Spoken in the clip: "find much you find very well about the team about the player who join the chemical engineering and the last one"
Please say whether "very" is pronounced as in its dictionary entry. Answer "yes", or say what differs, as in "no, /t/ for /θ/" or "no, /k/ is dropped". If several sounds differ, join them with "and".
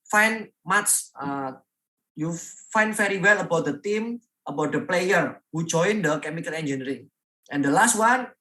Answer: no, /f/ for /v/